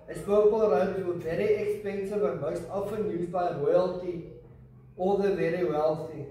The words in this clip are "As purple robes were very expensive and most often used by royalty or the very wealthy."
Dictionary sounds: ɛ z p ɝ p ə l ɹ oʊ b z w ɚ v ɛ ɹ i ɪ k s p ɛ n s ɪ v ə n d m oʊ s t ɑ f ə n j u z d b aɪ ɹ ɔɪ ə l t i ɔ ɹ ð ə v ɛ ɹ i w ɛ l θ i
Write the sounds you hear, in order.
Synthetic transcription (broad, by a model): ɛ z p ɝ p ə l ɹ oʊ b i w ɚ v ɛ ɹ i ɪ k s p ɛ n s ɪ v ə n m oʊ s t ɑ f ə n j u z b aɪ ɹ ɔɪ ə l t i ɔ l ð ə v ɛ ɹ i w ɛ l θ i